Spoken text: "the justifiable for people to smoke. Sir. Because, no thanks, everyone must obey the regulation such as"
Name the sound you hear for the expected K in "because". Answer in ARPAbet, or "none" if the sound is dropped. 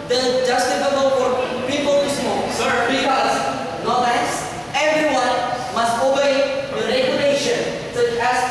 none